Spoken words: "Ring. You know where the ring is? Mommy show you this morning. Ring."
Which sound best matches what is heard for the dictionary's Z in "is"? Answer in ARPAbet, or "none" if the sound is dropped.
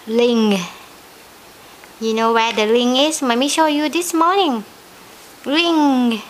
S